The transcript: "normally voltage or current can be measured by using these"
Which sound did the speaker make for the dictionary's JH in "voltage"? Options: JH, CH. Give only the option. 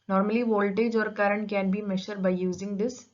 JH